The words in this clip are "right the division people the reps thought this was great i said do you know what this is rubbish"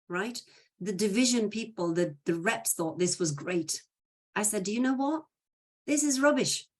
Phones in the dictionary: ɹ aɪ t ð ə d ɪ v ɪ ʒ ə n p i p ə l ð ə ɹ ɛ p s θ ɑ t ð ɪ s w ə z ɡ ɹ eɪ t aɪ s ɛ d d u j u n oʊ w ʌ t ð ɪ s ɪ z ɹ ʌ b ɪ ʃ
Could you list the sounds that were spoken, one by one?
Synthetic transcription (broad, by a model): ɹ aɪ t ð ə d ɪ v ɪ ʒ ə n p i p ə l ð ə ɹ ɛ p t θ ɑ t ð ɪ s w ə z ɡ ɹ eɪ t aɪ s ɛ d d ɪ j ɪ n oʊ w ʌ t ð ɪ s ɪ z ɹ ʌ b ɪ ʃ